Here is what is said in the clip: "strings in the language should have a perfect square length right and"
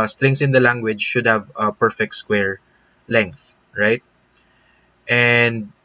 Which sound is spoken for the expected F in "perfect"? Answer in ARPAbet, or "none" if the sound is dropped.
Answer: F